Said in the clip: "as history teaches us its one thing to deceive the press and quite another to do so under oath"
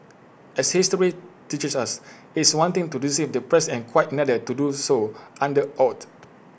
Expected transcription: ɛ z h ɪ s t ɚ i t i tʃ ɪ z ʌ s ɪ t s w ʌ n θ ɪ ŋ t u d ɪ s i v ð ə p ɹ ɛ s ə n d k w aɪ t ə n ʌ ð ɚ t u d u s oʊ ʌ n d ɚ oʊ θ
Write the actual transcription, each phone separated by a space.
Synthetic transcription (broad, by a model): ɛ s h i s t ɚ i t i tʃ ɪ s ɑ s ɪ t s w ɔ n t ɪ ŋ t u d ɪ s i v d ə p ɹ ɛ s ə n k w aɪ t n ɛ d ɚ t u d u s oʊ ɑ n d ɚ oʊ t